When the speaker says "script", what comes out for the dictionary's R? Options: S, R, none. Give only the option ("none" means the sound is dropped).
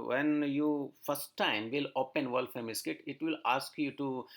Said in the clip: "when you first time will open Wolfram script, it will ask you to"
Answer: none